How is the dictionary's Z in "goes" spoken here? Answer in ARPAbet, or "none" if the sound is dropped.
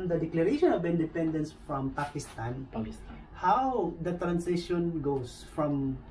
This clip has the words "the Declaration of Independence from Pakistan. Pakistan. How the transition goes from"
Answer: S